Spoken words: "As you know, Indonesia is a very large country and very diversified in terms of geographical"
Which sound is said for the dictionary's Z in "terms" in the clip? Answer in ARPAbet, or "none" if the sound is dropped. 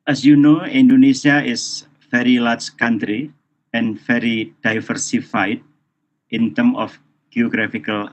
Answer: none